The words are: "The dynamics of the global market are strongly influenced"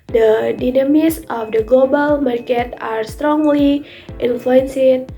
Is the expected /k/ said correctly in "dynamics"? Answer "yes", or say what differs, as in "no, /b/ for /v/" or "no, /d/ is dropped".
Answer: no, /k/ is dropped